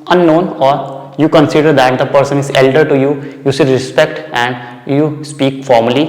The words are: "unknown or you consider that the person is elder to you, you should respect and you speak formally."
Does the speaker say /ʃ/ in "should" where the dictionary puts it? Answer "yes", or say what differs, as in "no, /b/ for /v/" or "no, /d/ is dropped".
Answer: no, /s/ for /ʃ/